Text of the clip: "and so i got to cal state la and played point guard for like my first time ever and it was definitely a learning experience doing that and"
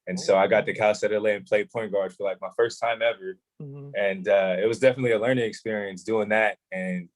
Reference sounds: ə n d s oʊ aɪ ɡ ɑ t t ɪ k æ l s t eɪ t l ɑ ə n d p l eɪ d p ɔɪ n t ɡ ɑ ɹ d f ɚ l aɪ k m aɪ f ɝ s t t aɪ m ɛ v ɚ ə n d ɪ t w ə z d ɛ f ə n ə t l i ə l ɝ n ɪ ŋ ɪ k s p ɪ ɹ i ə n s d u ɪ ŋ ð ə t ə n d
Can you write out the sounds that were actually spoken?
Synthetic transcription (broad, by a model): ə n s oʊ aɪ ɡ ɑ t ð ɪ k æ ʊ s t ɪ l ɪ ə n p l eɪ d p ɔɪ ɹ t ɡ ɑ ɹ d f ɚ l aɪ k m aɪ f ɝ s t t aɪ m ɛ v ɚ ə n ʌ ɪ t w ə z d ɛ f ə n ə t l i ə l ɝ n ɪ ŋ ɪ k s p ɪ ɹ i ə n s d u ɪ ŋ ð ə t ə n